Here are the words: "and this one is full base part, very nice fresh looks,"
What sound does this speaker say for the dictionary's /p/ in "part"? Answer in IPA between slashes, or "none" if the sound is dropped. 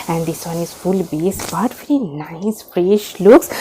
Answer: /b/